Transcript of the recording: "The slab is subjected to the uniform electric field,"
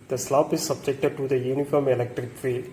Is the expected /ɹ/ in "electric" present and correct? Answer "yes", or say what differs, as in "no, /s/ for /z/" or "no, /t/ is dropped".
yes